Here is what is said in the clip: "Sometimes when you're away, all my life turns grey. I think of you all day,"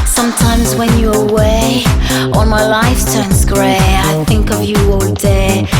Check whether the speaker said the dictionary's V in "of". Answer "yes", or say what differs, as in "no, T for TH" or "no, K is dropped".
yes